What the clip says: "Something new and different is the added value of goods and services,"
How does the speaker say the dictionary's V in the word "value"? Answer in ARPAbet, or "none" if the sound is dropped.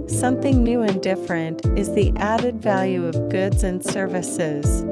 V